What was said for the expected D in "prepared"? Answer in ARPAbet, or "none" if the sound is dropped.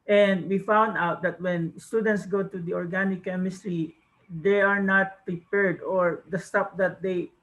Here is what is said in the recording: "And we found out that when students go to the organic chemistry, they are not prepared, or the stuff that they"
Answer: D